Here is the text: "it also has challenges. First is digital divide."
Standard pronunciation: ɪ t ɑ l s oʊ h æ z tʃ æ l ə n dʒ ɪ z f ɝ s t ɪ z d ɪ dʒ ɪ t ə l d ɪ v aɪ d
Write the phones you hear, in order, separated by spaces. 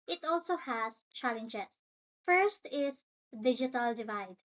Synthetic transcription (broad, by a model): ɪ t ɑ l s oʊ h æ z tʃ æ l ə n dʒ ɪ s f ɝ s t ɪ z d ɪ dʒ ɪ t ə l d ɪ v aɪ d